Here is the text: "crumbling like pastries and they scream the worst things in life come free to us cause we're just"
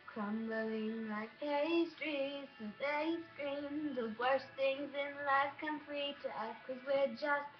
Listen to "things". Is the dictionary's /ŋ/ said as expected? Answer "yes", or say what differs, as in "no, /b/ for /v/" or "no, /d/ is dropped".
yes